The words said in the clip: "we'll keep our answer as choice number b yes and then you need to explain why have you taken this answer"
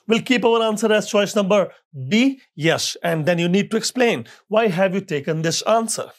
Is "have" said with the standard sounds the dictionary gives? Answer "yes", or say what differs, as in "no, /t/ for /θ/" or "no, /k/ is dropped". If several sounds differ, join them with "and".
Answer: yes